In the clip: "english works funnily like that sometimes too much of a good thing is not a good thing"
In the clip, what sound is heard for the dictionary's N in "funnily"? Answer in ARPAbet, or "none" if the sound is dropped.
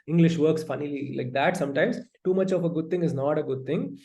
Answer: N